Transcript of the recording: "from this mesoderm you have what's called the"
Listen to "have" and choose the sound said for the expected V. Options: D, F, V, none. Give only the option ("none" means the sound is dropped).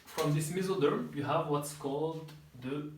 V